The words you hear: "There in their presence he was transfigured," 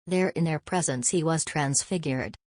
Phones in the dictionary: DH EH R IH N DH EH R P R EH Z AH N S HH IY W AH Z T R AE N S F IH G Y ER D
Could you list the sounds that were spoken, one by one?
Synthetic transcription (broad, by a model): DH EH R IH N DH EH R P R EH Z AH N S HH IY W AH Z T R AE N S F IH G Y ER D